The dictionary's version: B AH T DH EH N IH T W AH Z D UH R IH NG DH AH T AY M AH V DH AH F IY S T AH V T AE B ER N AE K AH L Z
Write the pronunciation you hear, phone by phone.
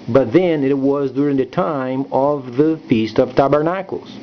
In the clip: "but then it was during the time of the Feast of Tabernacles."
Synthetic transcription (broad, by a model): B AH T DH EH N IH T W AH Z D UH R IH NG DH AH T AY M AH V DH AH F IY S T AH V T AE B ER N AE K L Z